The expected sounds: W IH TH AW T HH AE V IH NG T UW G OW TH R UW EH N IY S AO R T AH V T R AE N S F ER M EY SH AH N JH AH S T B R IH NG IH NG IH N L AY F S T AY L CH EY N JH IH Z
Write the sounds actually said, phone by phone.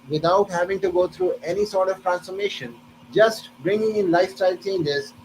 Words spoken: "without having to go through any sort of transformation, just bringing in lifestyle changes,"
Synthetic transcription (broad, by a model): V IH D AW T HH AE V IH NG T UW G OW T R UW EH N IY S AO R T AH V T R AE N S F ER M EY SH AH N JH AH S T B R IH NG IH NG IH N L AY F S T AY L CH EY N JH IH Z